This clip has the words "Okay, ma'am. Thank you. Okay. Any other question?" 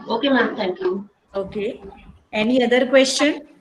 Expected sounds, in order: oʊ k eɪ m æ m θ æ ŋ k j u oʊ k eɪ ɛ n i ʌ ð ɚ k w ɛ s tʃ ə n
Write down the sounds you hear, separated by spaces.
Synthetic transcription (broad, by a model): oʊ k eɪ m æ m t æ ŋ k j u oʊ k eɪ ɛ n i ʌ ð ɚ k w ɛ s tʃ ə n